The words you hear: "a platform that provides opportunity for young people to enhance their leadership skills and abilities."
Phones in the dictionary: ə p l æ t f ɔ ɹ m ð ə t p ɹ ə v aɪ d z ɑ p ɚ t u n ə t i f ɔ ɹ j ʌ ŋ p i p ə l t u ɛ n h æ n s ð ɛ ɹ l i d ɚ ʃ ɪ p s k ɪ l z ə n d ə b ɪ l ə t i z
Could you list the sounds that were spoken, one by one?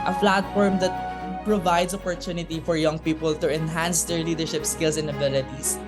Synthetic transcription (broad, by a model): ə f l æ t f ɔ ɹ m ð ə t p ɹ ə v aɪ d s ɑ p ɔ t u n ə t i f ɔ ɹ j ʌ ŋ p i p ə l t u ɛ n h æ n s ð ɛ ɹ l i d ɚ ʃ ɪ p s k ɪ l s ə n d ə b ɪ l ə t i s